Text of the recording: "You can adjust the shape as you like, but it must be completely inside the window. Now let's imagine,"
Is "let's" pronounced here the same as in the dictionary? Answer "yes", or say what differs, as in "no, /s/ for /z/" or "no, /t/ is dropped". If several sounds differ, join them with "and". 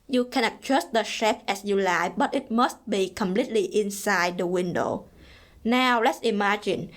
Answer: yes